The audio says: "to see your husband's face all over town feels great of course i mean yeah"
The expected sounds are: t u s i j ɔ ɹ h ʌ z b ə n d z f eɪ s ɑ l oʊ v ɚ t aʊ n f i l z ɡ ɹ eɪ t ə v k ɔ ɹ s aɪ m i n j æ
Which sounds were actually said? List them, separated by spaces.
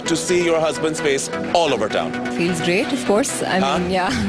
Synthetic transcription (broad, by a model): t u s i j ɔ ɹ h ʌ z b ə n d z f eɪ s ɑ l oʊ v ɚ t aʊ n f i l z ɡ ɹ eɪ t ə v k ɔ ɹ s aɪ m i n j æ